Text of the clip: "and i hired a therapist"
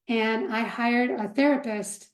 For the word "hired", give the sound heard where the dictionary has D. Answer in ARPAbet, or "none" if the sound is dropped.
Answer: D